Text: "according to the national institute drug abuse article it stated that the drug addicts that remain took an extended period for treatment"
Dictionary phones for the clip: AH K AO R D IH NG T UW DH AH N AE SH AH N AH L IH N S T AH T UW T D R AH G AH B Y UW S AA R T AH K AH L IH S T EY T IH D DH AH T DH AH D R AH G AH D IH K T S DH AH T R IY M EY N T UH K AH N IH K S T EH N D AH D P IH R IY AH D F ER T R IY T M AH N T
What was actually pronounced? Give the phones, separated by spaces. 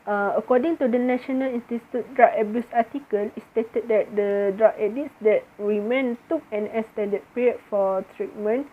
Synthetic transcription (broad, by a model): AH K AO D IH NG T UW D AH N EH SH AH N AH L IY N S T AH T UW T D R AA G AH B Y UW S AA T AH K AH L IH S T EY T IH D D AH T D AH D R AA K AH D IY T S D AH T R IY M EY N T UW K AH N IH S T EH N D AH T P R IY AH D F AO T R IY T M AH N